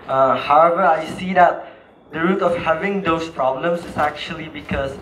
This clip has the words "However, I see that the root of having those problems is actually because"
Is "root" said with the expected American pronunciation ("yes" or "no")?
yes